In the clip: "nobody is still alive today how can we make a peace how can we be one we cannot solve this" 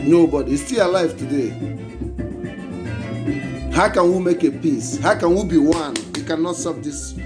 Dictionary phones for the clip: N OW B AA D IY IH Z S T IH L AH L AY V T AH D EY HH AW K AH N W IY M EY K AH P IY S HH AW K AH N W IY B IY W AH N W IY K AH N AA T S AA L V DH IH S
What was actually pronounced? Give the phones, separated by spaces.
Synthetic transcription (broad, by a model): N OW B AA D IY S T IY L AH L AY V T AH D EY HH AW K AH N W IY M EY K AH P IY S HH AW K AH N W IY B IY W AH N W IY K AH N AA T S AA V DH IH S